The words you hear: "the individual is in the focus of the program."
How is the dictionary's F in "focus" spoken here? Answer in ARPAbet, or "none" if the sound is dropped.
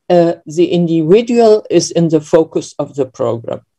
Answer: F